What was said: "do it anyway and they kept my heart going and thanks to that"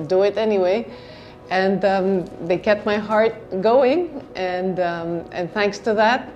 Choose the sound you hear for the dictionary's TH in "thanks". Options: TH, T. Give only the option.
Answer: TH